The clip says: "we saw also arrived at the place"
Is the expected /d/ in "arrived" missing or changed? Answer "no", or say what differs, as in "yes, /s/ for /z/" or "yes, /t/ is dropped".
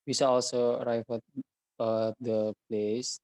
yes, /d/ is dropped